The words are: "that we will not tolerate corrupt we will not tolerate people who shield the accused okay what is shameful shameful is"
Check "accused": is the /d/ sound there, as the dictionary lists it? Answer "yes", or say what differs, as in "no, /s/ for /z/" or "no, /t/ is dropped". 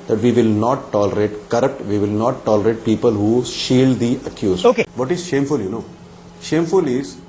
no, /d/ is dropped